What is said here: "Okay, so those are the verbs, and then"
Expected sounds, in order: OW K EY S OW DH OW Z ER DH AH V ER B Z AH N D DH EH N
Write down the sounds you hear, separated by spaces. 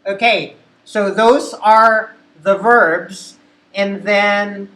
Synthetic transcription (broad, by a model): OW K EY S OW DH OW Z ER DH AH V ER B Z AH N DH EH N